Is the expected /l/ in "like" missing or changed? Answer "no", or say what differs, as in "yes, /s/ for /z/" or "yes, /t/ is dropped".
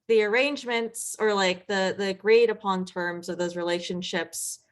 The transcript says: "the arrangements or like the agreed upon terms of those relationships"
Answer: no